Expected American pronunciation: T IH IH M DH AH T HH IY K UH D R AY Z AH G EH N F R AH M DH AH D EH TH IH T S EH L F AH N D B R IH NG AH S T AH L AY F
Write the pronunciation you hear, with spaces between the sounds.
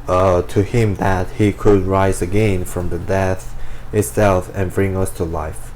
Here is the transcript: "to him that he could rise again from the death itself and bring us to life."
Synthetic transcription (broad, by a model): T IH IH M DH AH T HH IY K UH D R AY Z AH G EH N F R AH M DH AH D EH TH IH T S EH L F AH N B R IH NG AH S T AH L AY F